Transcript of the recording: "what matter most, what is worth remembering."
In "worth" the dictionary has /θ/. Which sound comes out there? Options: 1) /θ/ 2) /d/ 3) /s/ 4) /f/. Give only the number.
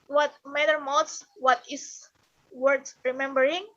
3